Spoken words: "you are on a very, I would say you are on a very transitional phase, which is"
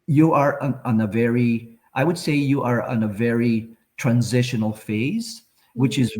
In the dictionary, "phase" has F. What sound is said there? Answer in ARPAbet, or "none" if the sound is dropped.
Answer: F